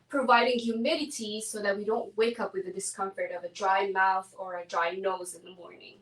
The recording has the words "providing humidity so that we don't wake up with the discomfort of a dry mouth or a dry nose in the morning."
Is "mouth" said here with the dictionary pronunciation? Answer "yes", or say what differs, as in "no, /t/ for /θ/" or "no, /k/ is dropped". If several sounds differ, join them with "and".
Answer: yes